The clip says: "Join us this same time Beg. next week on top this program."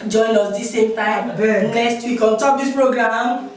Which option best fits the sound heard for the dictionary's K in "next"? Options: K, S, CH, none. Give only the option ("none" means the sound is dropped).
none